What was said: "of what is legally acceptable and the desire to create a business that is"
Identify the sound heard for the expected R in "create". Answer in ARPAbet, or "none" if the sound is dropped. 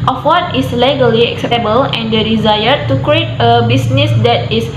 R